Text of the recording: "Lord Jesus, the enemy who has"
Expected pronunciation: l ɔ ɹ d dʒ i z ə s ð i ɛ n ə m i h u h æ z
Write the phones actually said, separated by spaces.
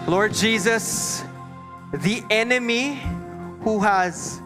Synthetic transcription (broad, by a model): l ɔ ɹ d dʒ i z ə s ð i ɛ n ə m i h u h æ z